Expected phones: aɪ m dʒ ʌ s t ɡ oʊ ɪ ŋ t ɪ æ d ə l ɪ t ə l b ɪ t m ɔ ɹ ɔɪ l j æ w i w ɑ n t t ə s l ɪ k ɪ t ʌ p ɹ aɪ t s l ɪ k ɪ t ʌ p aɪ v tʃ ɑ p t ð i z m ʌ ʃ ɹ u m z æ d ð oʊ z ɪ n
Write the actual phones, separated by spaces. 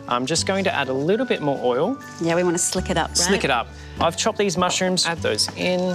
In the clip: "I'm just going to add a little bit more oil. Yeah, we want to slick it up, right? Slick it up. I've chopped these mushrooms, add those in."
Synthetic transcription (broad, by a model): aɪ m dʒ ʌ s ɡ oʊ ɪ ŋ t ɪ æ d ə l ɪ t l b ɪ t m ɔ ɹ ɔɪ l j æ w i w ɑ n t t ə s l ɪ k ɪ t ʌ p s s l ɪ k ɪ t ʌ p aɪ v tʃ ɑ p ð i z m ʌ ʃ ɹ u m z æ d ð oʊ z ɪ n